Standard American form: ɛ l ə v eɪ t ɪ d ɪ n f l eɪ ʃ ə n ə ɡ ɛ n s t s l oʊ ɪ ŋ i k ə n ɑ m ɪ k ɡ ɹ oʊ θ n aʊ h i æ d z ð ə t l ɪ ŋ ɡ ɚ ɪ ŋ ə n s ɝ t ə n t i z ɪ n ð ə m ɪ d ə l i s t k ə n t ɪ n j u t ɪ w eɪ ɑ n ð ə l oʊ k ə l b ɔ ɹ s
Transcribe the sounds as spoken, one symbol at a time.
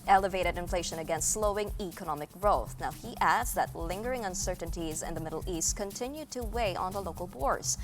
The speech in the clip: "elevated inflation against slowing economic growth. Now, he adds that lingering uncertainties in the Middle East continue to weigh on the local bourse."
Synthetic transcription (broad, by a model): ɛ l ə v eɪ t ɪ d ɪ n f l eɪ ʃ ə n ə ɡ ɛ n s t s l oʊ ɪ ŋ i k ə n ɑ m ɪ k ɡ ɹ oʊ θ n aʊ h i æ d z ð ə t l ɪ ŋ ɡ ɚ ɪ ŋ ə n s ɝ t n t i z ɪ n ð ə m ɪ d l i s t k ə n t ɪ n j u t ɪ w eɪ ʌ n ð ə l oʊ k l b ɔ ɹ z